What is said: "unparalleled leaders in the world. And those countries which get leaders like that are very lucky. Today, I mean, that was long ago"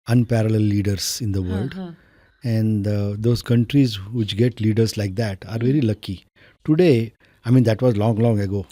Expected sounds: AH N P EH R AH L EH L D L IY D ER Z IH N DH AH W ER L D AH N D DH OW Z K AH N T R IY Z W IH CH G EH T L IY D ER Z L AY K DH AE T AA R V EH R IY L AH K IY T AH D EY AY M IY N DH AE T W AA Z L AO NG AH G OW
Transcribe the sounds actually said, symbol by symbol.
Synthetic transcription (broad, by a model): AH N P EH R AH L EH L L IY D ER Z IH N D AH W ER L D AH N D OW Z K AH N T R IY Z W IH CH G EH T L IY D ER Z L AY K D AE T AA R V EH R IY L AH K IY T AH D EY AY M IY N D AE T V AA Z L AO NG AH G OW